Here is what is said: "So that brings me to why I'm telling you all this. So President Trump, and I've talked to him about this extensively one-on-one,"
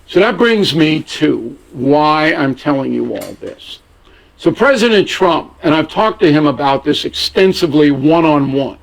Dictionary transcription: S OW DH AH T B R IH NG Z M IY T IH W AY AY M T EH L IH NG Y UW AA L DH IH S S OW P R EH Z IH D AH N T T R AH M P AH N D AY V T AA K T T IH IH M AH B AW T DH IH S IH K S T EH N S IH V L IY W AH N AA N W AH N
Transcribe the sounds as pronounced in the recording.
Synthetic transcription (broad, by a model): S OW DH AH T B R IH NG Z M IY T IH W AY AY M T EH L IH NG Y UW AA L DH IH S S OW P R EH Z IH D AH N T T R AH M P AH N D AY V T AA K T T IH IH M AH B AW T DH IH S IH K S T EH N S IH V L IY W AH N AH N W AH N